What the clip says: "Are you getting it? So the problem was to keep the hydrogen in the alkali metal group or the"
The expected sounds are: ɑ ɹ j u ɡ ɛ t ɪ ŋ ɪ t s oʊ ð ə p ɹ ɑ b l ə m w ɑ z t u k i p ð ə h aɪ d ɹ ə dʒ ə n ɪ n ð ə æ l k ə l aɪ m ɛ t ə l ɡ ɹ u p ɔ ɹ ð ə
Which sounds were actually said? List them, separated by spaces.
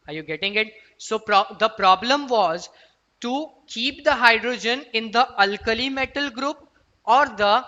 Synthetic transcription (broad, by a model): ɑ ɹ j u ɡ ɛ t ɪ ŋ ɪ t s oʊ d ə p ɹ ɑ b l ə m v ɑ z t u k i p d ə h aɪ d ɹ ə dʒ ə n ɪ n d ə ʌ l k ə l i m ɛ t ə l ɡ ɹ u p ɔ ɹ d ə